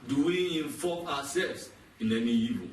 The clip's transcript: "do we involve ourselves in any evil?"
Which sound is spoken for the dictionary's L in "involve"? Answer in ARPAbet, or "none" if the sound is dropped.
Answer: none